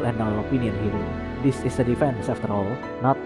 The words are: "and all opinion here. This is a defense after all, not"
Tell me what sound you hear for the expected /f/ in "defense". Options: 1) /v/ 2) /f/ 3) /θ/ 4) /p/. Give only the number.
2